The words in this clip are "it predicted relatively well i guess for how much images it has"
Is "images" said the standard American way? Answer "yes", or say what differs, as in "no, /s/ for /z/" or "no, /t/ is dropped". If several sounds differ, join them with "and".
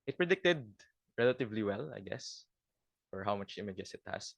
no, /s/ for /z/